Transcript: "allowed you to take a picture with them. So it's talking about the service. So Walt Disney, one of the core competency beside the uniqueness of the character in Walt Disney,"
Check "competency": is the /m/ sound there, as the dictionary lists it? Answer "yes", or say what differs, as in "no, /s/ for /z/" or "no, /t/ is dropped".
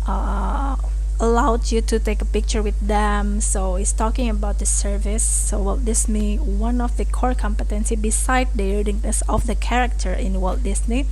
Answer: yes